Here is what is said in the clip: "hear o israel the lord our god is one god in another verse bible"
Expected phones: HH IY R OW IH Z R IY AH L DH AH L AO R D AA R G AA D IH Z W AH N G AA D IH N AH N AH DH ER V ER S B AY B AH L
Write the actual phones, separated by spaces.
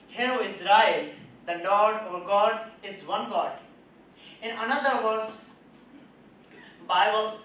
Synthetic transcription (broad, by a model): HH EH R OW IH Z R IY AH L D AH L AO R D AA R G AA D IH Z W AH N G AA D IH N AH N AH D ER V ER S B AY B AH L